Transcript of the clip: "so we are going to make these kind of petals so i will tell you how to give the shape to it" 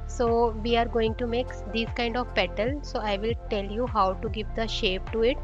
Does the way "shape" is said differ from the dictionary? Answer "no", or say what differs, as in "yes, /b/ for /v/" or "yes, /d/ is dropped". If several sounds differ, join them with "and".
no